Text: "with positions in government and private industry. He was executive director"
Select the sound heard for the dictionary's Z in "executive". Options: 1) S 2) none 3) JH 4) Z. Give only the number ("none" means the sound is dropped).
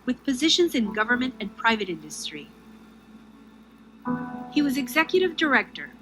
4